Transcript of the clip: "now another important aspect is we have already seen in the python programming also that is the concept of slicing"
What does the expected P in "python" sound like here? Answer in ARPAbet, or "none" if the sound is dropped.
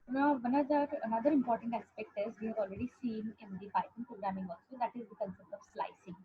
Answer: B